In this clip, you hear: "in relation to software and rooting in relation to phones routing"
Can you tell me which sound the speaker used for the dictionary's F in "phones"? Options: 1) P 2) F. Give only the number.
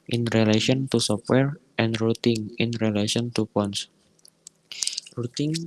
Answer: 1